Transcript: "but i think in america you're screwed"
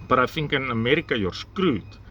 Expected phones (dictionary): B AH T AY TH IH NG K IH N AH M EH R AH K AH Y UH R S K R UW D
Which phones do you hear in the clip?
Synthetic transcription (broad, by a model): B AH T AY F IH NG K IH N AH M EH R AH K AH Y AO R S K R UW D